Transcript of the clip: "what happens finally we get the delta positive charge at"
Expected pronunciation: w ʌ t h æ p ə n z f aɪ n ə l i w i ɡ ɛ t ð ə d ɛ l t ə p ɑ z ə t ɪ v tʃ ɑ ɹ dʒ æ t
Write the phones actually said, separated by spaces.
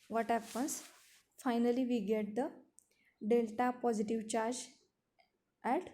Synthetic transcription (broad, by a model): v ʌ t h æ p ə n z f aɪ n ə l i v i ɡ ɛ t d ə d ɛ l t ə p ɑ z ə t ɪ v tʃ ɑ ɹ dʒ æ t